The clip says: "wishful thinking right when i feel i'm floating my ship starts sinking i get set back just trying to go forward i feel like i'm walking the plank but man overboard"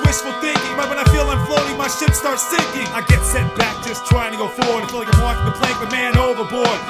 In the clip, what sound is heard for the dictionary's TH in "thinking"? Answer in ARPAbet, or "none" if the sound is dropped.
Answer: TH